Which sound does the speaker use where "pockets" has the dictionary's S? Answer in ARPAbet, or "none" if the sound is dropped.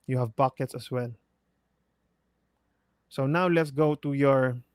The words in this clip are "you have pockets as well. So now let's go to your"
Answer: S